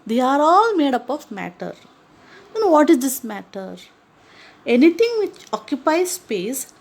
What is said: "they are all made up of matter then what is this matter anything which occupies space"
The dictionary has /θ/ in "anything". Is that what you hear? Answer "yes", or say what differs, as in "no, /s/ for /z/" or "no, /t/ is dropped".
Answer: no, /t/ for /θ/